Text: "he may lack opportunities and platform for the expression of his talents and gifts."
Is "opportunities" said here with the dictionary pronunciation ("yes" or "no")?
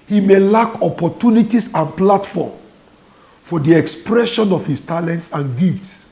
no